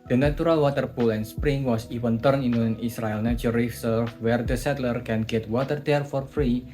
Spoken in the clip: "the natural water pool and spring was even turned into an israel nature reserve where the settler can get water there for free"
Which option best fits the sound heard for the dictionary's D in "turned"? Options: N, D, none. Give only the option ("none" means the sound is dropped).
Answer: none